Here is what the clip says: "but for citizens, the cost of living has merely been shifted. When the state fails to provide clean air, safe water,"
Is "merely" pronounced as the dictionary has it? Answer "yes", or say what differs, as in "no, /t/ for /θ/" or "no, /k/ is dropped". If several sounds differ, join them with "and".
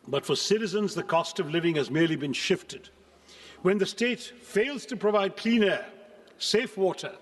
yes